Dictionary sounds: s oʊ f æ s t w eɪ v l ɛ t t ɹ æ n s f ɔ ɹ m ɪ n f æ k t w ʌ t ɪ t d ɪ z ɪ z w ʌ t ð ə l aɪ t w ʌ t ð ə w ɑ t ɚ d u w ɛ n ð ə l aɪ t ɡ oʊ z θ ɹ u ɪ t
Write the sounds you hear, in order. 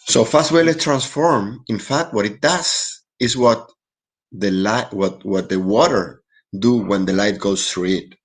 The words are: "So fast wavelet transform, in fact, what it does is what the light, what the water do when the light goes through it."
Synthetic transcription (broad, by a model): s oʊ f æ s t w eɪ l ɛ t t ɹ æ n s f ɔ ɹ m ɪ n f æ k t w ʌ t ɪ t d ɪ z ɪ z w ʌ t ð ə l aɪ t w ʌ t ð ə w ɑ t ɚ d u w ɛ n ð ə l aɪ t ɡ oʊ s θ ɹ u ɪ t